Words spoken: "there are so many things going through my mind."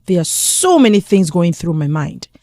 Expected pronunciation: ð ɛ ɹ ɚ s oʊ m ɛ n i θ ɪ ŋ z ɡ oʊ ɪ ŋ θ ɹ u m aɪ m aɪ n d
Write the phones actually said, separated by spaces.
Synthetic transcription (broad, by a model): ð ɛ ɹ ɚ s oʊ m ɛ n i θ ɪ ŋ z ɡ oʊ ɪ ŋ θ ɹ u m aɪ m aɪ n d